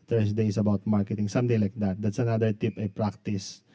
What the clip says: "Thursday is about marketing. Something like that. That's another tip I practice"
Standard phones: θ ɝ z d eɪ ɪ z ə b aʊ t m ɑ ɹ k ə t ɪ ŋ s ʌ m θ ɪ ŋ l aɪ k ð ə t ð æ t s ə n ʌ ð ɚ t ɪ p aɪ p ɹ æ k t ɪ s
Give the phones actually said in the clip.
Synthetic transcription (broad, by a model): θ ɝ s d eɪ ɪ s ə b aʊ t m ɑ ɹ k ə t ɪ ŋ s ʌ m t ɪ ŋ l aɪ k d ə t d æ t s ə n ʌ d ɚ t ɪ p aɪ p ɹ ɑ k t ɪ s